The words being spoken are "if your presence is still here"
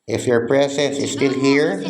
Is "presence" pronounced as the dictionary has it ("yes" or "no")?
no